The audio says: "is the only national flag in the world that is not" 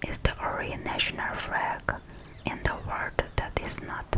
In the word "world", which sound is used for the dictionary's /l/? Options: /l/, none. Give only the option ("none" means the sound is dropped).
none